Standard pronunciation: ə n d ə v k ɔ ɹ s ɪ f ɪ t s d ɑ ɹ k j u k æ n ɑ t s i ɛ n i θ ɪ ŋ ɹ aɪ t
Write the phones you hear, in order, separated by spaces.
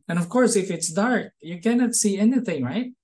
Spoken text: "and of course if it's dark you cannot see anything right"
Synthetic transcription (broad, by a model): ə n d ə v k ɔ ɹ s ɪ f ɪ t s d ɑ ɹ k j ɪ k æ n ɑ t s i ɛ n i θ ɪ ŋ ɹ aɪ t